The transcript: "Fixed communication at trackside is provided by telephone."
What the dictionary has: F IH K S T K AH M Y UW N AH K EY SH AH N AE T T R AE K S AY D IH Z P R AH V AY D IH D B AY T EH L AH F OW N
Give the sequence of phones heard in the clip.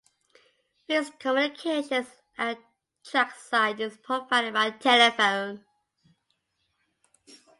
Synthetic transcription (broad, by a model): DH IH S K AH M Y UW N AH K EY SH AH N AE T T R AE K S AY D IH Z P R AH P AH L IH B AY T EH L AH F OW N